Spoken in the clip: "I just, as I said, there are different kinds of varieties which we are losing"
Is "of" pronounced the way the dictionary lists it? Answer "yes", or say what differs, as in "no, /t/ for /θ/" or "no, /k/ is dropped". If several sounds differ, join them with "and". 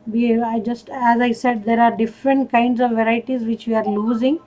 yes